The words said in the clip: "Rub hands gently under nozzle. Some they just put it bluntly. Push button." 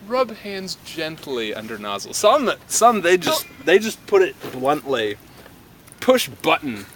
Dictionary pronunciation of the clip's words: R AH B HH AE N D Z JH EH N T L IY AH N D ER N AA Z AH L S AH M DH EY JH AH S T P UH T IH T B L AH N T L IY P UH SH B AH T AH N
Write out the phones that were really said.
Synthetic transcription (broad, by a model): R AH B HH AE N D Z JH EH N T L IY AH N D ER N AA Z AH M S AH M DH EY JH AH S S P UH T IH T B L AH N T L IY P UH SH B AH T N